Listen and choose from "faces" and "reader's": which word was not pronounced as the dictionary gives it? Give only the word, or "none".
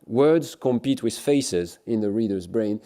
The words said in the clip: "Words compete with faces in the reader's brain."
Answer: none